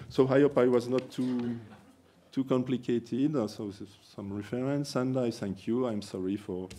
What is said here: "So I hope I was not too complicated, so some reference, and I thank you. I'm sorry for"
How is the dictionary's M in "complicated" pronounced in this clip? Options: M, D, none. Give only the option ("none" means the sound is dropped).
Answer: M